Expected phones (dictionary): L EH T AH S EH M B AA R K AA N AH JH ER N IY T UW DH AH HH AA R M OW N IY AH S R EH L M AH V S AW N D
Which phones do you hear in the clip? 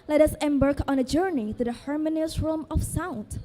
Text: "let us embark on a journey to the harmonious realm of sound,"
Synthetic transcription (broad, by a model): L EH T AH S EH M B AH R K AA N AH JH ER N IY T UW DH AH HH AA R M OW N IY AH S R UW M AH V S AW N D